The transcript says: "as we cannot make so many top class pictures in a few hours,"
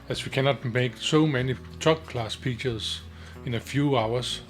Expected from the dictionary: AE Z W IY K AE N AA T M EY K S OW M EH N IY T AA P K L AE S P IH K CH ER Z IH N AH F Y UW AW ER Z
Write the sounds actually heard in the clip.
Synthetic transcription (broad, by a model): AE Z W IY K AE N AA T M EY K S OW M EH N IY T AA B K L AE S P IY CH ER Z IH N AH F Y UW AW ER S